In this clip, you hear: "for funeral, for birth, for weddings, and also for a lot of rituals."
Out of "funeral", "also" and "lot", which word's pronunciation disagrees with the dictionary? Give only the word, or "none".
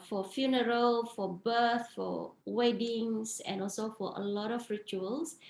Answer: none